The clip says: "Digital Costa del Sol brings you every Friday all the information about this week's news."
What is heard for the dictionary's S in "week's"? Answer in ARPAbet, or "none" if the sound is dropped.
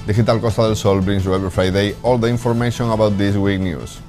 none